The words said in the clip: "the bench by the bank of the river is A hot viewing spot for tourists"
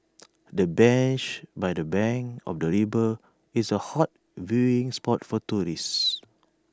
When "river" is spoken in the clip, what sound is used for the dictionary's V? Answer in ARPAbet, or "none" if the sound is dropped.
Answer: B